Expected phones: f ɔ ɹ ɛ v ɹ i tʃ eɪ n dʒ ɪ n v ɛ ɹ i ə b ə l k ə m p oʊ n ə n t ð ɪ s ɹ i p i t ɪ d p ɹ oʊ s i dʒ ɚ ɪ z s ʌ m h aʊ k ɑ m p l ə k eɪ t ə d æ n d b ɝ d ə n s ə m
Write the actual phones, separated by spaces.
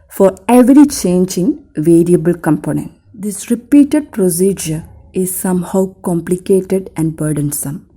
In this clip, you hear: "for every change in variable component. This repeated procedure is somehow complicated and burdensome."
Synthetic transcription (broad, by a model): f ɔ ɹ ɛ v ɹ i tʃ eɪ n dʒ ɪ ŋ v ɛ ɹ i ə b ə l k ə m p oʊ n ə n t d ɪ s ɹ i p i t ɪ d p ɹ oʊ s i dʒ ɚ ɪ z s ʌ m h aʊ k ɑ m p l ə k eɪ t ə d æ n d b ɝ d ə n s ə m